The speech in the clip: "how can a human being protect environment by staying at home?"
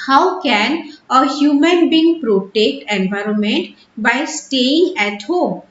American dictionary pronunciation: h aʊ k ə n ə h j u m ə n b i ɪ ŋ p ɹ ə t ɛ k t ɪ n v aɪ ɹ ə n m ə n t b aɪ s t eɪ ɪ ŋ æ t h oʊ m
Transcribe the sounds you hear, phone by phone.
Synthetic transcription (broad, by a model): h aʊ k ə n ə h j u m ə n b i ŋ p ɹ ə t ɛ k t ɪ n v aɪ ɹ ə n m ə n t b aɪ s t eɪ ɪ ŋ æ t h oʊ m